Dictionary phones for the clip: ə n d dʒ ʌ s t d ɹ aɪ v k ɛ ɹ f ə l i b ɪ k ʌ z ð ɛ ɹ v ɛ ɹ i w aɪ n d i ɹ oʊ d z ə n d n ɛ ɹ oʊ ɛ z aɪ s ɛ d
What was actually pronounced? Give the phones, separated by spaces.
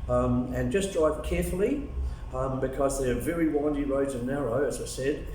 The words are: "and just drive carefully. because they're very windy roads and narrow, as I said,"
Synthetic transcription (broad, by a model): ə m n dʒ ʌ s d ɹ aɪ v k ɛ ɹ f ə l i b ɪ k ʌ z ð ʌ ɹ v ɛ ɹ i w aɪ n d i ɹ oʊ d z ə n n ɛ ɹ oʊ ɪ z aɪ s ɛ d